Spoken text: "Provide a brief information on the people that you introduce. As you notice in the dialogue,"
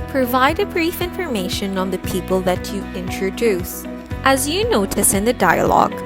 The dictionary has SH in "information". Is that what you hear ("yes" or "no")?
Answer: yes